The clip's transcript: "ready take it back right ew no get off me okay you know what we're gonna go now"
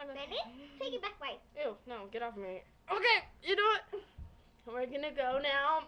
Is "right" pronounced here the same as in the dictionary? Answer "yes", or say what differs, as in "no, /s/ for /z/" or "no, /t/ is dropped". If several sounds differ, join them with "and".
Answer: no, /w/ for /ɹ/